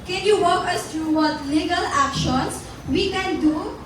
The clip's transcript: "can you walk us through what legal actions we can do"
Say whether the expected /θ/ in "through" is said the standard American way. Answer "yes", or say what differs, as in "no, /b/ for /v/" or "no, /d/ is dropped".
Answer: no, /t/ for /θ/